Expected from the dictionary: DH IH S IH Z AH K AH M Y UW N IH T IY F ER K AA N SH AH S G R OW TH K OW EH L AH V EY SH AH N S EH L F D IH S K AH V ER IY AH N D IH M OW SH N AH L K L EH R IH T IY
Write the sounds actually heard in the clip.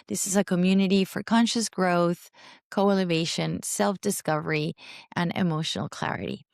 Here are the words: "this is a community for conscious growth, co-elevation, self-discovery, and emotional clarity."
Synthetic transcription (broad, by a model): DH IH S IH Z AH K AH M Y UW N IH T IY F ER K AA N SH AH S G R OW TH K OW EH L AH V EY SH AH N S EH L F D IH S K AH V ER IY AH N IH M OW SH N L K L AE R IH T IY